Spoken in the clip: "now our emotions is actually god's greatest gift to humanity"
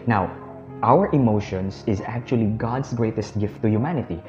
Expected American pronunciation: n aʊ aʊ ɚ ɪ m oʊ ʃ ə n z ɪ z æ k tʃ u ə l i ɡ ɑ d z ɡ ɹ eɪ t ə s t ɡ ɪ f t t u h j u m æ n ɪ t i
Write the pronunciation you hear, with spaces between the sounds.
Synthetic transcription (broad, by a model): n aʊ aʊ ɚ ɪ m oʊ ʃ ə n s ɪ z æ k tʃ u ə l i ɡ ɑ d s ɡ ɹ eɪ t ə s t ɡ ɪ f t t u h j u m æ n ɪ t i